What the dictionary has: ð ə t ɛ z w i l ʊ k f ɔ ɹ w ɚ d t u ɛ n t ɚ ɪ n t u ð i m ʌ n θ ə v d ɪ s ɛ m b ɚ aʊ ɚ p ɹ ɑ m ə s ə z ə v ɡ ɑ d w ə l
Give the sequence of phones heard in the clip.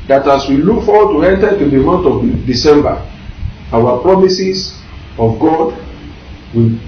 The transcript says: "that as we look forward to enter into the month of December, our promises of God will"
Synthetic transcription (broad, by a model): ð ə t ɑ s w i l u k f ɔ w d t u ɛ n t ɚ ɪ t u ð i m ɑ n t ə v d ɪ s ɛ m b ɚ aʊ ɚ p ɹ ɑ m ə s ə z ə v ɡ ɑ d w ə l